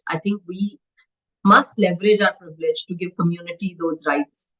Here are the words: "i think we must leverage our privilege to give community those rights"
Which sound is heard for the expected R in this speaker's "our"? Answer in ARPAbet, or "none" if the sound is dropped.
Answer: R